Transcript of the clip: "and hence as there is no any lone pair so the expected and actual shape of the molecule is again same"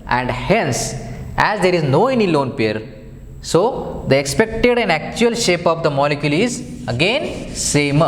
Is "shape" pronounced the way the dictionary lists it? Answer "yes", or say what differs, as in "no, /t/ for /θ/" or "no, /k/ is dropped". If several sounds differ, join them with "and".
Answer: yes